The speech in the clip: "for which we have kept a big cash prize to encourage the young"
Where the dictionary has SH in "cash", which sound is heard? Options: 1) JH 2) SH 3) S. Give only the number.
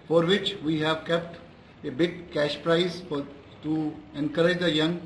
2